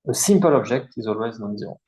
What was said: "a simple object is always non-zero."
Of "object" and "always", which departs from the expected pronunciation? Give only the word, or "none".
object